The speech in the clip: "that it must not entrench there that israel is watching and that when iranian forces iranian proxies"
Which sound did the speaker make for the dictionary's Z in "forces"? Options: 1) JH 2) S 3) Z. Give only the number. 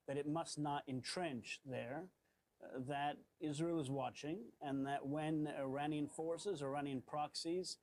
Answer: 3